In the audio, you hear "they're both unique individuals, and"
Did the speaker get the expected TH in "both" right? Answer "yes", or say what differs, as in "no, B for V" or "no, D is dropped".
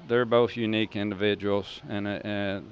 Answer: yes